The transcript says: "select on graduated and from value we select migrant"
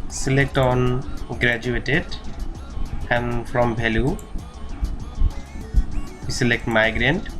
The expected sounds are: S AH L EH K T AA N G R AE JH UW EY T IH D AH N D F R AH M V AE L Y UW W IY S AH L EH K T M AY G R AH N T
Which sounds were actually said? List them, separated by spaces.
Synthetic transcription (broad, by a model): S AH L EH K T AA N G R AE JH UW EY T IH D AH N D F R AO M B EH L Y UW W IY S AH L EH K T M AY G R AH N T